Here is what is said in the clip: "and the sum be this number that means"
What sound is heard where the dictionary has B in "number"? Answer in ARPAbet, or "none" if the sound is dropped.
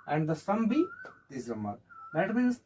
none